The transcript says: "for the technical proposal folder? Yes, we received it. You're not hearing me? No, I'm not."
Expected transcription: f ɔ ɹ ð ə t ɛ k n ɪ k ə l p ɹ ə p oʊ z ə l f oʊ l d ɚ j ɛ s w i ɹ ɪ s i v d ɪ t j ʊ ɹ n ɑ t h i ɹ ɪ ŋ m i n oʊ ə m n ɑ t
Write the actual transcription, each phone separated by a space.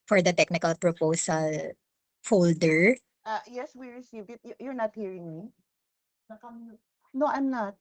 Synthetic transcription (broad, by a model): f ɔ ɹ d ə t ɛ k n ɪ k ə l p ɹ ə p oʊ s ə l f oʊ l d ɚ j ɛ s w i ɹ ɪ s i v ɪ t j ʊ ɹ n ɑ t h i ɹ ɪ ŋ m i n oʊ ə m n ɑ t